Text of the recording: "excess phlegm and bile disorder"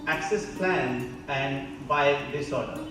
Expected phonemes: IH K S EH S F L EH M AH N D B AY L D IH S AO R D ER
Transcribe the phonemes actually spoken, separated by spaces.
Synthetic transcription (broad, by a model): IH K S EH S P L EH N AH N D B AY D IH S AO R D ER